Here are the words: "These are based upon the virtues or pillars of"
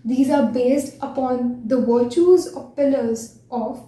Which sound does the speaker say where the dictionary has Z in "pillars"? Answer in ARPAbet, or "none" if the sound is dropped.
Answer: Z